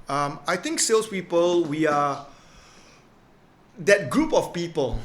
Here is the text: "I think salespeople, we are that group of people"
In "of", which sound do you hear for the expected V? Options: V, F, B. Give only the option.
F